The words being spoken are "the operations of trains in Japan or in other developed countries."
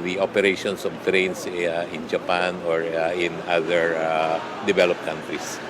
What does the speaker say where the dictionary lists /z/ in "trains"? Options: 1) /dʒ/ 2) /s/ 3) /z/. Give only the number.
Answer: 2